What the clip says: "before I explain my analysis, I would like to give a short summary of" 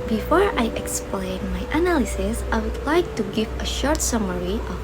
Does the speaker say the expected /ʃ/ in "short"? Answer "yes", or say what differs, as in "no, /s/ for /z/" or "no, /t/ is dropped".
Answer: yes